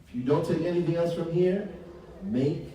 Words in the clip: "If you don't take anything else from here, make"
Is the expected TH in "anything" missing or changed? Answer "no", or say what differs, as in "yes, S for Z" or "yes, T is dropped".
no